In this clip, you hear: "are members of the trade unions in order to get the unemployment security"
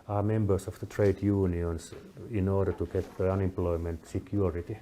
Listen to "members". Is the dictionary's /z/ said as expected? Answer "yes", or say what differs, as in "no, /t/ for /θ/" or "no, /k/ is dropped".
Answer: no, /s/ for /z/